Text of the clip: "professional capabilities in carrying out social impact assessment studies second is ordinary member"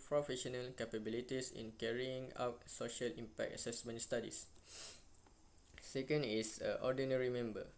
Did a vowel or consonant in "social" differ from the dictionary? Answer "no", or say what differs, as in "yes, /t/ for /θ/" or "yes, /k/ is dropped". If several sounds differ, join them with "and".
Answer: no